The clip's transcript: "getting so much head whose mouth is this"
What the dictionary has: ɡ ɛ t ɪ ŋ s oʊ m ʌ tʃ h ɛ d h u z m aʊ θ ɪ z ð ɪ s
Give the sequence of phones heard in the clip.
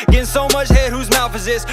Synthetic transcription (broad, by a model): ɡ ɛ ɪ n s oʊ m ʌ tʃ h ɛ h u z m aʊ f ɪ z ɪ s